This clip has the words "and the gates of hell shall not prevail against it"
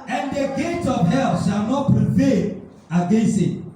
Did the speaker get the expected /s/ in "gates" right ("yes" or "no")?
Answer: no